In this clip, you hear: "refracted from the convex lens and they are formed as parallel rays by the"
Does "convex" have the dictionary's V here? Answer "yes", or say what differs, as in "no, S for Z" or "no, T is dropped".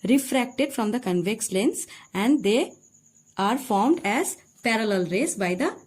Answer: yes